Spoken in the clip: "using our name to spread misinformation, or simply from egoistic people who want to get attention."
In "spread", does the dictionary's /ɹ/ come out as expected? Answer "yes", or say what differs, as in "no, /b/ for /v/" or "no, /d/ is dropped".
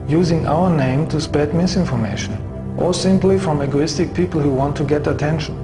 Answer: no, /ɹ/ is dropped